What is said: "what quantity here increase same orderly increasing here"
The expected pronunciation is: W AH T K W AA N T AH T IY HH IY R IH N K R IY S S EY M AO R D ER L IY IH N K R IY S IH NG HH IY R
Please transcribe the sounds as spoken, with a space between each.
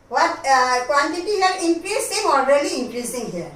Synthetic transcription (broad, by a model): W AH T K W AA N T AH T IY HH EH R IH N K R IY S S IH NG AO L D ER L IY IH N K R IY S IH NG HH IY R